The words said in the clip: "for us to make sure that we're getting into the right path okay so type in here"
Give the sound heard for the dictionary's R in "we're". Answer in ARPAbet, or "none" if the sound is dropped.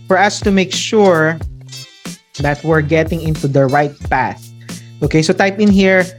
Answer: R